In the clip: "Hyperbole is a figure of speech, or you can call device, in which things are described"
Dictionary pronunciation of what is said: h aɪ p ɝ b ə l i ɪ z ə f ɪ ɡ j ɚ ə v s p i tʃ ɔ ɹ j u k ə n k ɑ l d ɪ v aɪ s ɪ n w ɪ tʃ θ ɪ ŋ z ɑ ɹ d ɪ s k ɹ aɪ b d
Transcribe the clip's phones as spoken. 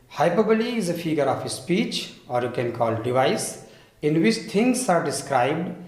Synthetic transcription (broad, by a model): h aɪ p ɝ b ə l i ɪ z ə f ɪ ɡ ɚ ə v s p i tʃ ɔ ɹ j u k ə n k ɑ l d ɪ v aɪ s ɪ n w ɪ tʃ t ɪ ŋ s ɑ ɹ d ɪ s k ɹ aɪ b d